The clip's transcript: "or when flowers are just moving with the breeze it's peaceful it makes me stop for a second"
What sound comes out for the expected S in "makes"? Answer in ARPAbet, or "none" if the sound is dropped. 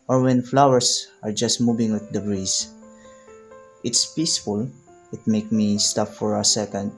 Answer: none